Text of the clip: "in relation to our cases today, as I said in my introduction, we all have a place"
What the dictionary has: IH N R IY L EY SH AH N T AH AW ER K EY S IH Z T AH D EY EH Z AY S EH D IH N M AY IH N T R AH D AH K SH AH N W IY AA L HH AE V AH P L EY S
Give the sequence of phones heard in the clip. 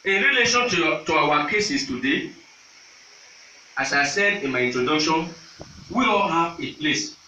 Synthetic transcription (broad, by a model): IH R IY L EY SH AH N T AH AW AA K EY S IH S T AH D EY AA S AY S EH D IH N M AY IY N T R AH D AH K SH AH N W IY AA L HH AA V AH P L EY S